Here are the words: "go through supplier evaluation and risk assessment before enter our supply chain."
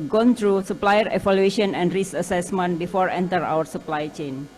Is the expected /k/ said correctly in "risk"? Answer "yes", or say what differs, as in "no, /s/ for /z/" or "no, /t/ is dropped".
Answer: no, /k/ is dropped